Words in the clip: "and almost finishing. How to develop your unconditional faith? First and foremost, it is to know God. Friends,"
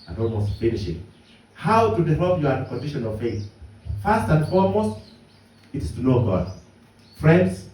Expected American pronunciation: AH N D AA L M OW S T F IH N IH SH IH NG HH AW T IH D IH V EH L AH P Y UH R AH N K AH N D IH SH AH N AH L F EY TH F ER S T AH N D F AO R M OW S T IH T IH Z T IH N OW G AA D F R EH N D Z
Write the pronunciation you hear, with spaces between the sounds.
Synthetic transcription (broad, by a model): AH N AA L M OW S T F IH N IH SH IH NG HH AW T IH D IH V EH L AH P Y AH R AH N K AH N D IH SH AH N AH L F EY TH F ER S T AH N D F AO R M OW S T IH T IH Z T IH N OW G AA D F R EH N D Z